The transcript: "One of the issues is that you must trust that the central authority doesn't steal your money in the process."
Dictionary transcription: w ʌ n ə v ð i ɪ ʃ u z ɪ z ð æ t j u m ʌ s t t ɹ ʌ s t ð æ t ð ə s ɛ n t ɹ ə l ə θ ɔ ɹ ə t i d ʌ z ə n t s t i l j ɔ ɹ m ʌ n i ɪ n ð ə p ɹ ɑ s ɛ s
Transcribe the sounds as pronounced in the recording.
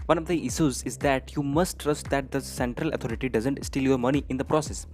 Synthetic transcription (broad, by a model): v ʌ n ə v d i ɪ ʃ u z ɪ z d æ t j u m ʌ s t t ɹ ʌ s t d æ t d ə s ɛ n t ɹ ə l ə t ɔ ɹ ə t i d ʌ z ə n t s t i l j ɔ ɹ m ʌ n i ɪ n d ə p ɹ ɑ s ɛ s